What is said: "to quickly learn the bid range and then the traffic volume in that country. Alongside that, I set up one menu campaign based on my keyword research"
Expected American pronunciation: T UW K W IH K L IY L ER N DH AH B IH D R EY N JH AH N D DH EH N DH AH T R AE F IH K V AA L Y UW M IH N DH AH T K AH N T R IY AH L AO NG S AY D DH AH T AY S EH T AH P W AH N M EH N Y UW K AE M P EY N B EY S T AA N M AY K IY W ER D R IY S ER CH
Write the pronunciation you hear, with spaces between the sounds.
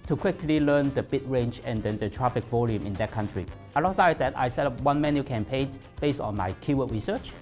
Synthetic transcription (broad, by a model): T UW K W IH K L IY L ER N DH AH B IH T R EY N JH AH N D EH N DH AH T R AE F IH K V AA L Y UW M IH N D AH T K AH N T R IY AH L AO S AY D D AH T AY S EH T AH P W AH N M EH N Y UW K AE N P EY N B EY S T AA N M AY K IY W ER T R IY S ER CH